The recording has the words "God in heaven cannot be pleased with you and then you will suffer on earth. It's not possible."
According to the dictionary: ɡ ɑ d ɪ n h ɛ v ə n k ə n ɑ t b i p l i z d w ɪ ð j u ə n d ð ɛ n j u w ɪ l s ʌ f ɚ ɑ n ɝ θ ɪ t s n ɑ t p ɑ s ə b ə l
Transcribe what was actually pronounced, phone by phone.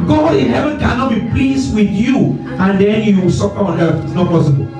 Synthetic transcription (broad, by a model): ɡ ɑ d ɪ n h ɛ v ə n k ə n ɑ t b i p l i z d w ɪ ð j u ə n d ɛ n j u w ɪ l s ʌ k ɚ ɑ n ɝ f ɪ t s n ɑ t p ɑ s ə b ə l